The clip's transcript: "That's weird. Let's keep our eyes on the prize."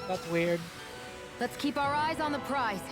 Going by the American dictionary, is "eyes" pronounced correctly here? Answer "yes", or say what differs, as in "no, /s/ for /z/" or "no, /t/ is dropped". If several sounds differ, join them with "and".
yes